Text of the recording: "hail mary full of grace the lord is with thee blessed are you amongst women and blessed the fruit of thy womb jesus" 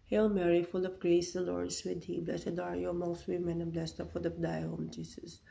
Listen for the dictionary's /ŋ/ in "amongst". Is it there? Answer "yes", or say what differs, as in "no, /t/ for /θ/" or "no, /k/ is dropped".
no, /ŋ/ is dropped